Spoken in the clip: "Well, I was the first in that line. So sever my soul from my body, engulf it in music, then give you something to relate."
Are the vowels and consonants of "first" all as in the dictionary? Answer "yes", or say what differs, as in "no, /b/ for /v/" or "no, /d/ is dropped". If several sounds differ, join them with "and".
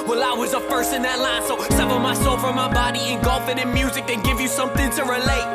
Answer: no, /t/ is dropped